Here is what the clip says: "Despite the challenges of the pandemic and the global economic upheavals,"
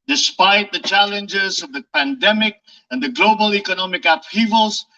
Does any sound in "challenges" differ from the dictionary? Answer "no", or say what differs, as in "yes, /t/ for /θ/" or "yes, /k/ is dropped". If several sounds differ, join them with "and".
no